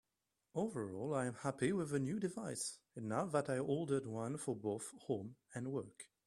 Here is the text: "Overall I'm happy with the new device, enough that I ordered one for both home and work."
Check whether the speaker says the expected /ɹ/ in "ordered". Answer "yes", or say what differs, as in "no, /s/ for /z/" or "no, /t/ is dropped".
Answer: no, /l/ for /ɹ/